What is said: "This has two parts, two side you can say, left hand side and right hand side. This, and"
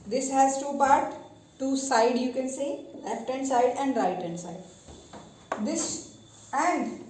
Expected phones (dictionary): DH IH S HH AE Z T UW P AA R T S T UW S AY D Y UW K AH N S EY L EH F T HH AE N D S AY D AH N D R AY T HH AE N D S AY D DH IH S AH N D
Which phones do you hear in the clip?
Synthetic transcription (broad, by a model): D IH S HH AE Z T UW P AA R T T UW S AY D Y UW K AH N S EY L EH F T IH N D S AY D AH N D R AY T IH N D S AY D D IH S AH N D